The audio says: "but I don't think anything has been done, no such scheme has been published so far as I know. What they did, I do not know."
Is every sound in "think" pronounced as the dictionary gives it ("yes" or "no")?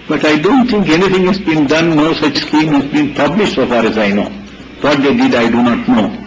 no